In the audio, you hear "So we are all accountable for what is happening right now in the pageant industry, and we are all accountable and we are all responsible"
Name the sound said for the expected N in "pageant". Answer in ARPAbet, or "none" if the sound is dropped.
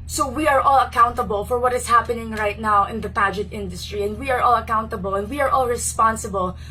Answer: none